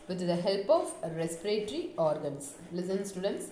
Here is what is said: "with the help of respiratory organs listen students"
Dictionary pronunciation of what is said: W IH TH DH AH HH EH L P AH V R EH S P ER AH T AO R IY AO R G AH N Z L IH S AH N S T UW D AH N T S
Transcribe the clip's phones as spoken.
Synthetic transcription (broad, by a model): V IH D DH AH HH EH L P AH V R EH S P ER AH T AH R IY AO R G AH N S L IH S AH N S T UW D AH N T S